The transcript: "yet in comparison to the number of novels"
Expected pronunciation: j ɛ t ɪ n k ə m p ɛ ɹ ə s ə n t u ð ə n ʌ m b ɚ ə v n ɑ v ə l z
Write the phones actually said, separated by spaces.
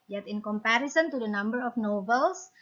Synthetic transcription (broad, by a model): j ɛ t ɪ n k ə m p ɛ ɹ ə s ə n t u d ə n ʌ m b ɚ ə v n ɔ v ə l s